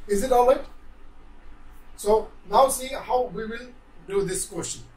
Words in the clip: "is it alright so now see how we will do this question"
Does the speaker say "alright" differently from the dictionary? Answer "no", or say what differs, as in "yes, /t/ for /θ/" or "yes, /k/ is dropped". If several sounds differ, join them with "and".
yes, /ɹ/ is dropped